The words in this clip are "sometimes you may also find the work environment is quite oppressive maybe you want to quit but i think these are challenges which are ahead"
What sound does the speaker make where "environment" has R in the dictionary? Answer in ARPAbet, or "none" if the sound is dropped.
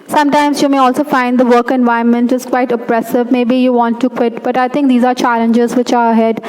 none